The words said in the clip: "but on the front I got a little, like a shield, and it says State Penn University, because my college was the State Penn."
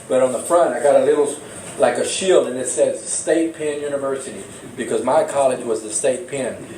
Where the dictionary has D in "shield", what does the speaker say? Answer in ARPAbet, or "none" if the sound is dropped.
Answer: D